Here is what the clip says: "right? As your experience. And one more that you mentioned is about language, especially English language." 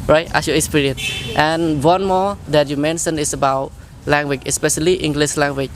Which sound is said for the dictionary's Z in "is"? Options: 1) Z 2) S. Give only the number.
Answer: 2